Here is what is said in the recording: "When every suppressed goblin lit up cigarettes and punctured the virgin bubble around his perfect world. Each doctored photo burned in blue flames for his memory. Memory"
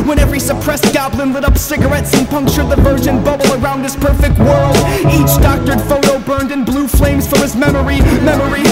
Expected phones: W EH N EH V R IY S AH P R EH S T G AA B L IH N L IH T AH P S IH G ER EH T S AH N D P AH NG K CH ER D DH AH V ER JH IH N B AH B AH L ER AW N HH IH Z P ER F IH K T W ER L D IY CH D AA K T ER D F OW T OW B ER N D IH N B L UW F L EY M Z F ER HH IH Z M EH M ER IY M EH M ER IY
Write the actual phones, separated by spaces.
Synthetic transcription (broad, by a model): W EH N EH V R IY S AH P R EH S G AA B L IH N L IH T AH P S IH G ER EH T S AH N P AH NG K CH ER D DH AH V ER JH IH N B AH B L ER AW N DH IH S P ER F IH K T W ER L D IY CH D AA K T ER D F OW T OW B ER N D IH N B L UW F L EY M Z F ER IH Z M EH M ER IY M EH M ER IY